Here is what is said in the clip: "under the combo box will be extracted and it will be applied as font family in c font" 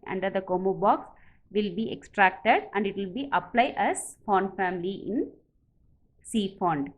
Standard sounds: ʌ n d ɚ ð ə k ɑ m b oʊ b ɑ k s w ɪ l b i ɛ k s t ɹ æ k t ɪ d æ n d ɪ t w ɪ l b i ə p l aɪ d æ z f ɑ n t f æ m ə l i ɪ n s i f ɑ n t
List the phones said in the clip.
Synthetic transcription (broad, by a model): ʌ n d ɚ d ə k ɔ m oʊ b ɑ k s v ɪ l b i ɛ k s t ɹ æ k t ɪ d æ n d ɪ t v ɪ l b i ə p l aɪ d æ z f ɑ n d f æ m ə l i ɪ n s i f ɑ n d